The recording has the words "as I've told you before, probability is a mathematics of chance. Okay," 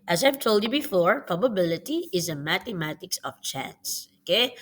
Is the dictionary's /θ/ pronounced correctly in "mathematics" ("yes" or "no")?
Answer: no